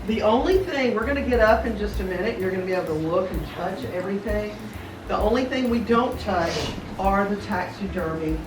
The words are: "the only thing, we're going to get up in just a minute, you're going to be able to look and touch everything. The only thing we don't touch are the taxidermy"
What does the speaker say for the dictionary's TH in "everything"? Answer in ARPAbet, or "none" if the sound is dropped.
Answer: TH